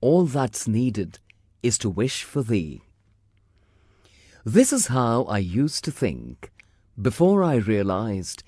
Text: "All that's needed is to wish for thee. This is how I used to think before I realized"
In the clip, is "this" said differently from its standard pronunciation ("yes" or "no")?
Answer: no